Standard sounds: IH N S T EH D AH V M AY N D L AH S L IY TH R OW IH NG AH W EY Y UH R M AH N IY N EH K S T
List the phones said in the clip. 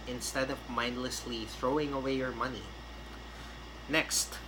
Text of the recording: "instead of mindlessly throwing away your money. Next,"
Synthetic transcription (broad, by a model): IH N S T EH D AH V M AY N D L AH S L IY TH R OW IH NG AH W EY Y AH R M AH N IY N EH K S T